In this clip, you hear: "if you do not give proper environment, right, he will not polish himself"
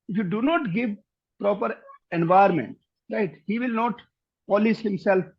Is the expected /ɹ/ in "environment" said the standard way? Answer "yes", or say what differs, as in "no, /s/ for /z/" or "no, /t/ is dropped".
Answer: no, /ɹ/ is dropped